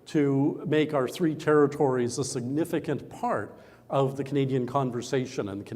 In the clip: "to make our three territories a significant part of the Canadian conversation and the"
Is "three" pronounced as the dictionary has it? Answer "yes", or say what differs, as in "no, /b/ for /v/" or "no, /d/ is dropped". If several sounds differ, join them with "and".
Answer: yes